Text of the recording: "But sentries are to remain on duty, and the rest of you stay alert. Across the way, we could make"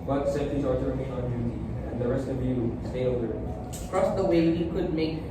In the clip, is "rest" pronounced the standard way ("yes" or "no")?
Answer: yes